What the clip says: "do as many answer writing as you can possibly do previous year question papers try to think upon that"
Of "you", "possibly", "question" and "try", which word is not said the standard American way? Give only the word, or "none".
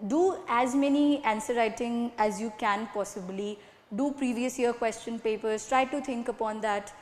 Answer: none